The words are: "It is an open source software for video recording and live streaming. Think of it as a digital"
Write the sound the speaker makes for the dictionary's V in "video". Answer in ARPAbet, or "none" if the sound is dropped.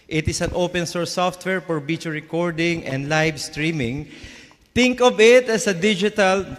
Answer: B